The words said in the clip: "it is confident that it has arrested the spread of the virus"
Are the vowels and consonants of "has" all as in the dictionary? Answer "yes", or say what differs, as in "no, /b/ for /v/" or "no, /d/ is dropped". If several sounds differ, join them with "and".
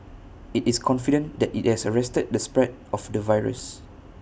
no, /s/ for /z/